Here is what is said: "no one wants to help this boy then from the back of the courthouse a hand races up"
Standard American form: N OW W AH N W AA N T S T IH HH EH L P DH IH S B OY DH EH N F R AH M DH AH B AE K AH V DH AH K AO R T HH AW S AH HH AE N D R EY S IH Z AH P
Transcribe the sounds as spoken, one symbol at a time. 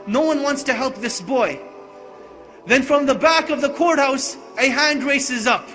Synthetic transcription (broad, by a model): N OW W AH N W AA N T S T IH HH EH L P DH IH S B OY DH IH N F R AH M DH AH B AE K AH V DH AH K AO R T HH AW S AH HH AE N D R EY S IH Z AH P